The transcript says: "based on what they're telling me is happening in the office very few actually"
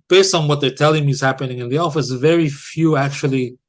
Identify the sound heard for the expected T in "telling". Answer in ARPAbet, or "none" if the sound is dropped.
T